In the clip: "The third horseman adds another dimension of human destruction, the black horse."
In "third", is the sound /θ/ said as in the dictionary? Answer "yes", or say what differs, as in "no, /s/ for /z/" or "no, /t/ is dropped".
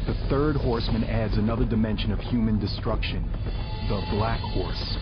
yes